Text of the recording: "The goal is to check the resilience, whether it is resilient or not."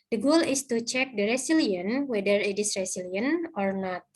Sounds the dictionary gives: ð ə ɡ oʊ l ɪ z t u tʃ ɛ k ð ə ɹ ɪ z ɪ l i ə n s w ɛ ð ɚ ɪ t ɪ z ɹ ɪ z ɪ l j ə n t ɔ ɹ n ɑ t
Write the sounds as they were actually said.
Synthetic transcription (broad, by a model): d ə ɡ oʊ l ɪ s t u tʃ ɛ k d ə ɹ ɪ s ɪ l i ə n w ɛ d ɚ ɪ t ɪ s ɹ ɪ s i l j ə n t ɔ ɹ n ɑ t